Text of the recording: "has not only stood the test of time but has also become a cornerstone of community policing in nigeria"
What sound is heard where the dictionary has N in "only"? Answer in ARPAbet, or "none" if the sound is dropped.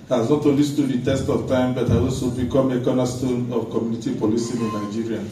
none